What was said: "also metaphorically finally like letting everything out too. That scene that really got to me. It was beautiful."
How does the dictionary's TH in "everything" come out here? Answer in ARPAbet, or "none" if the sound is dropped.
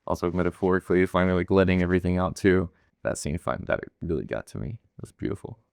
TH